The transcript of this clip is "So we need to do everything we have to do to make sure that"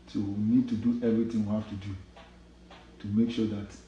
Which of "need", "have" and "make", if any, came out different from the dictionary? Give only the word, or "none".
have